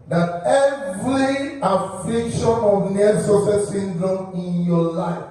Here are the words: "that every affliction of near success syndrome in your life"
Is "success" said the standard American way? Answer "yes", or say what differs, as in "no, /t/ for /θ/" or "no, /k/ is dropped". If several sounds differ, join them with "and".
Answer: no, /k/ is dropped